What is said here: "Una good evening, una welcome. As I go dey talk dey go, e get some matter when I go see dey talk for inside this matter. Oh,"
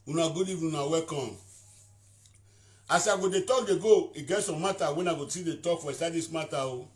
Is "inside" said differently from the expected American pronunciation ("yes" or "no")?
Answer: yes